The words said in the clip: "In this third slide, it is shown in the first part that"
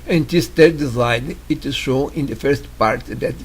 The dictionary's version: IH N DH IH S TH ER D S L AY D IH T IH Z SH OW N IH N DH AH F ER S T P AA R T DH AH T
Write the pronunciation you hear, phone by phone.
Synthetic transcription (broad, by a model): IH N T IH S T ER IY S AY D IH T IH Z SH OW IH N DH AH F ER S T P AA R T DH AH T